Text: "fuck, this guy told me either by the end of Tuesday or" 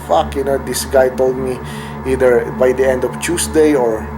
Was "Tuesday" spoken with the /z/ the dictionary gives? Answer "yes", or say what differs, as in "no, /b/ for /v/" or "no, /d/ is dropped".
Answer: no, /s/ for /z/